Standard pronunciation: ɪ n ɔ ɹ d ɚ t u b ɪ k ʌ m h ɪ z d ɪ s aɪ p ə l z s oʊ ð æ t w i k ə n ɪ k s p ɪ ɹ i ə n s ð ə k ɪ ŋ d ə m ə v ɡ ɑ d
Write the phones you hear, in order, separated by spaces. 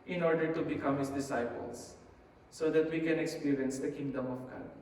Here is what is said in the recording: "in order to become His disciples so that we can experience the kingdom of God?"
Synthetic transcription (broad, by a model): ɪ n ɔ ɹ d ɚ t u b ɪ k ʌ m h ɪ s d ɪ s aɪ p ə l s oʊ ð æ t w i k ə n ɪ k s p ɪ ɹ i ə n s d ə k ɪ ŋ d ə m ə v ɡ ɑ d